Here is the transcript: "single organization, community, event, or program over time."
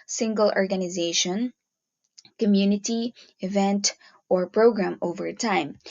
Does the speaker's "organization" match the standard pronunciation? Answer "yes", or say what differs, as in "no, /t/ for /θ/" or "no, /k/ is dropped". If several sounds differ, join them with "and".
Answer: yes